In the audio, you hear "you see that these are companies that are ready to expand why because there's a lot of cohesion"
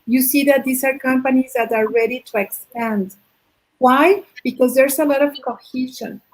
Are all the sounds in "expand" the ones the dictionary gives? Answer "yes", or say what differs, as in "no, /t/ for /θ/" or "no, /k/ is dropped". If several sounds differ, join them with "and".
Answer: yes